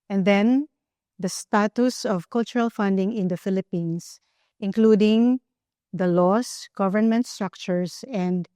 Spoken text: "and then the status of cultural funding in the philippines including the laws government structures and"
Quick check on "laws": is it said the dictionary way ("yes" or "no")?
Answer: no